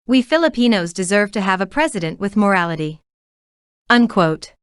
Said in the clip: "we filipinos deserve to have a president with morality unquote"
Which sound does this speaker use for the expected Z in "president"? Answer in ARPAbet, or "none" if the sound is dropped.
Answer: Z